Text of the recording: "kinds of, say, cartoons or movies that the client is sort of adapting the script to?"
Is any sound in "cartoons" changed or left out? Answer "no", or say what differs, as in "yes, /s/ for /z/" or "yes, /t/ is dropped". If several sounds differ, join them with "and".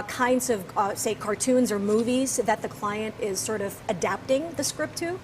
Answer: no